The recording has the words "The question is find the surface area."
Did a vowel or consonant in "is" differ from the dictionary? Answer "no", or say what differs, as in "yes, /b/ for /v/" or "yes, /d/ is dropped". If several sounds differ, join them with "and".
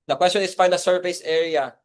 yes, /s/ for /z/